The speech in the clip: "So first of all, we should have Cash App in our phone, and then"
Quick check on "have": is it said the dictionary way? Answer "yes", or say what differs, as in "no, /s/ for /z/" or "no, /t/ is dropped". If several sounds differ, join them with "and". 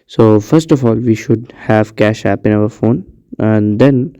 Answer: yes